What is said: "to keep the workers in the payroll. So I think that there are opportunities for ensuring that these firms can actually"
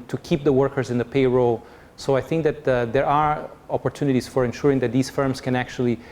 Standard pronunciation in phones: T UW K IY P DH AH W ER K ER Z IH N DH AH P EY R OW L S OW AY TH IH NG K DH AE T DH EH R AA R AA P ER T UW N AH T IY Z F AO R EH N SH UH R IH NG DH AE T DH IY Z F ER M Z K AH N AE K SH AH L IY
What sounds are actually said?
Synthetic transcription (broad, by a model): T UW K IY P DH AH W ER K ER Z IH N DH AH P EY R OW L S OW AY TH IH NG K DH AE T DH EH R AA R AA P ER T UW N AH T IY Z F AO R EH N SH UH R IH NG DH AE T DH IY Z F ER M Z K AH N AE K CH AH L IY